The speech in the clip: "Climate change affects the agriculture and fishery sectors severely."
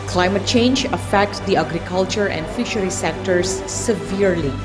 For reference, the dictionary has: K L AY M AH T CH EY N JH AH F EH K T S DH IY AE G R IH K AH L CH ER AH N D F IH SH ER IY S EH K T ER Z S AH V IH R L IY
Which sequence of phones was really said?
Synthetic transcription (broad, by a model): K L AY M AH T CH EY N JH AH F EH K T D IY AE G R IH K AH L CH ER AH N D F IH SH ER IY S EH K T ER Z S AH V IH R L IY